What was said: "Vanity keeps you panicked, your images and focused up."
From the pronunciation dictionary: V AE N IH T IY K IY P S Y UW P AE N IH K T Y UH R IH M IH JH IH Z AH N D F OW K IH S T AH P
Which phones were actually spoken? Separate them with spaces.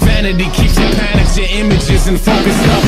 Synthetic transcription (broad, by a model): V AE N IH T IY K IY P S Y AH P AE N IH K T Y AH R IH M IH JH IH Z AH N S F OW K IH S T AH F